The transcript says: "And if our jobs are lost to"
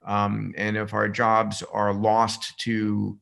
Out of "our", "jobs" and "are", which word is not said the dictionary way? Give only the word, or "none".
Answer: none